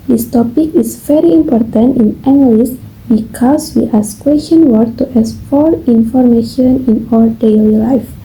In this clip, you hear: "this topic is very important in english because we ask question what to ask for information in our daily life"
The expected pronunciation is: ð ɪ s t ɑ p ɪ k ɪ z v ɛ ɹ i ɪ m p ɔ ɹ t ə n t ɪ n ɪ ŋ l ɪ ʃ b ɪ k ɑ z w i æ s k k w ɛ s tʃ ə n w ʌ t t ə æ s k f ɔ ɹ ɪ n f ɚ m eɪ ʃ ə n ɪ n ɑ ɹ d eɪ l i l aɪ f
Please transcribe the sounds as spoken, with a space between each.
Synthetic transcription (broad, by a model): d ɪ s t ɑ p ɪ k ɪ s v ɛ ɹ i ɪ m p ɔ ɹ t ə n t ɪ n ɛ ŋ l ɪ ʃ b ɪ k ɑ s w i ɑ s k k w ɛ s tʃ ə n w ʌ t t ə s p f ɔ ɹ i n f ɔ m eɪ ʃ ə n ɪ n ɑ l d eɪ l i l aɪ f